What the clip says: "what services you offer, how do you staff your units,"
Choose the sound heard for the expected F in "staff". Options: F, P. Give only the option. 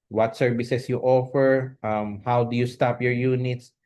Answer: P